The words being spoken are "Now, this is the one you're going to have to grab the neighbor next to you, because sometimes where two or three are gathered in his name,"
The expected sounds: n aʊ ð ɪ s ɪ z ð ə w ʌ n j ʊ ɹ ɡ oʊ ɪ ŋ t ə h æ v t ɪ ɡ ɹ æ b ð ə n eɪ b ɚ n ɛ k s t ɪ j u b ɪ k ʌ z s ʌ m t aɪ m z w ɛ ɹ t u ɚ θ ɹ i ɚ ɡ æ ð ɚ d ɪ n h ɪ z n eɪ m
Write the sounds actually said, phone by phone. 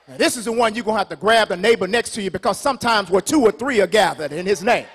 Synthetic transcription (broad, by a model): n ð ɪ s ɪ z ð ə w ʌ n j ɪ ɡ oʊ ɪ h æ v t ɪ ɡ ɹ æ b ð ə n eɪ b ɚ n ɛ k s t ɪ j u b ɪ k ʌ z s ʌ m t aɪ m z w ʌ ɹ t u ɚ θ ɹ i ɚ ɡ æ ð ɚ d ɪ n ɪ z n eɪ m